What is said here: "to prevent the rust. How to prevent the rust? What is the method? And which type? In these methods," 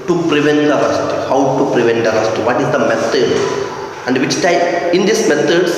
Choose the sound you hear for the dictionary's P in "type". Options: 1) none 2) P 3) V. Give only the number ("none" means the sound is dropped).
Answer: 1